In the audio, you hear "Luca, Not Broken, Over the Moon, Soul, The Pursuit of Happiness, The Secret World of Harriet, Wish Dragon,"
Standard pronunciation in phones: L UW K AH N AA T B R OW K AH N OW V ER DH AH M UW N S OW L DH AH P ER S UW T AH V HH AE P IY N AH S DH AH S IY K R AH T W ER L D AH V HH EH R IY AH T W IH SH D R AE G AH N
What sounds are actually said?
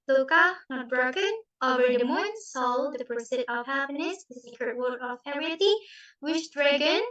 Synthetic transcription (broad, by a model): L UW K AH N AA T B R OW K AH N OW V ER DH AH M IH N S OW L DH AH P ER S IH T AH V HH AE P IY N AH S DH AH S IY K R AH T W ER D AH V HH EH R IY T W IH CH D R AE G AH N